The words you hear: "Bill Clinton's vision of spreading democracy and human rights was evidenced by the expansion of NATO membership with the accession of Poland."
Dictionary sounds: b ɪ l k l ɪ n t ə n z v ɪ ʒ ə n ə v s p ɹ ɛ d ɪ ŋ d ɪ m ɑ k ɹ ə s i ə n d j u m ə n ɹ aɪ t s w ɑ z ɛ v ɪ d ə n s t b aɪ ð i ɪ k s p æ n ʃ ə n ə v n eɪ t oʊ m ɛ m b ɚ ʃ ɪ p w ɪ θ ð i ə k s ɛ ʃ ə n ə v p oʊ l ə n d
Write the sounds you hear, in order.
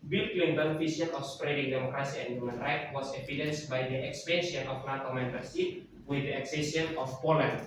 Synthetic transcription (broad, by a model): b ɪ l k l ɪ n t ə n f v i s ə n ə f s p ɹ ɛ d ɪ ŋ d ɪ m ɑ k ɹ ə s i ə n d j u m ə n ɹ aɪ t w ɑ s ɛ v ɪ d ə n s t b aɪ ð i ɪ k s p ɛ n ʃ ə n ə f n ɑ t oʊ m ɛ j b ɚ s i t w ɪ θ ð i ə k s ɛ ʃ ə n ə f p oʊ l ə n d